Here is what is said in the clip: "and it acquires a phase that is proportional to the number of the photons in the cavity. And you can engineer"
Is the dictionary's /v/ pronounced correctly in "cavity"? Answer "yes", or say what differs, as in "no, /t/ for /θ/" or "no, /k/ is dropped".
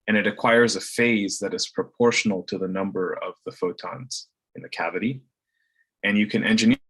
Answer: yes